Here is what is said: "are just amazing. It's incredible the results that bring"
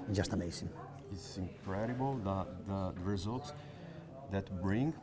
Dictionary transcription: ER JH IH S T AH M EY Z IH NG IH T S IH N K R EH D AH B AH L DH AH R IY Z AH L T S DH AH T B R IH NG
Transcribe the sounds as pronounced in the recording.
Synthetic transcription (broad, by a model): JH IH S T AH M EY S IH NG IH T S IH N K R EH D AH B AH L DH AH R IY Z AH L T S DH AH T B R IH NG